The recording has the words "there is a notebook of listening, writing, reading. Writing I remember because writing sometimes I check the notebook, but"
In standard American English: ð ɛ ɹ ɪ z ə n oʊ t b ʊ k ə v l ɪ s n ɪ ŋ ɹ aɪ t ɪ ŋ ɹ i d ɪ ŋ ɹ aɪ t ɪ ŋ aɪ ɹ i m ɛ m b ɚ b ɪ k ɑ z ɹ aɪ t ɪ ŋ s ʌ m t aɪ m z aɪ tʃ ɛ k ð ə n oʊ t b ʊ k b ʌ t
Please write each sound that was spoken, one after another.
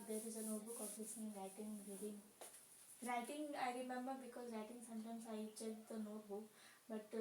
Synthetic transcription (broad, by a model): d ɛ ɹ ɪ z ə n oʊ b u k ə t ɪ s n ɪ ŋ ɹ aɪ t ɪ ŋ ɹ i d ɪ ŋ ɹ aɪ t ɪ ŋ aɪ ɹ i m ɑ m ɚ b ɪ k ɑ z ɹ aɪ t ɪ ŋ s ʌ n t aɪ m s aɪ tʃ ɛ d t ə n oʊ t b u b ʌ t